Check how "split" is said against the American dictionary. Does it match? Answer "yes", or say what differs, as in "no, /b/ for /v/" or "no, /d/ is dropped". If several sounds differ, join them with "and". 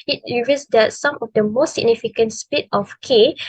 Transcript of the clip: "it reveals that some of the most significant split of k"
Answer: no, /l/ is dropped